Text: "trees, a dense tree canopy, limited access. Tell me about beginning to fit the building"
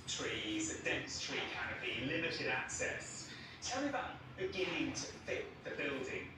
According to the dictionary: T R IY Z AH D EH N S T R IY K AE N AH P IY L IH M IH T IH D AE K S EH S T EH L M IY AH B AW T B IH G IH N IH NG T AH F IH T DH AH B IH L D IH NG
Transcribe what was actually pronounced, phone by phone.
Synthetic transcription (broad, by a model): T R IY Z AH D EH N S T R IY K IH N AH B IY L IH M IH T IH D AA K S EH S T EH L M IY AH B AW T B IH G IH N IH NG T AH F IH T DH AH B IH L D IH NG